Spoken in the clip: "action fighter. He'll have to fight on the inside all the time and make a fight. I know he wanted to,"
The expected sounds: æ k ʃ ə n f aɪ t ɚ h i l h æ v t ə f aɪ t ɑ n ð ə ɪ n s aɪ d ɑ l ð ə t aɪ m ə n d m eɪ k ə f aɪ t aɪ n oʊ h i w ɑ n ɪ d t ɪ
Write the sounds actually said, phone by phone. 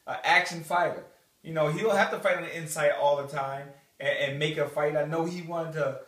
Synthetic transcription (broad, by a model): æ k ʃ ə n f aɪ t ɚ h i l h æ f t ə f aɪ t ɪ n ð ɪ n s aɪ d ɑ l ð ə t aɪ m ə n m eɪ k ə f aɪ t aɪ n oʊ h i w ɑ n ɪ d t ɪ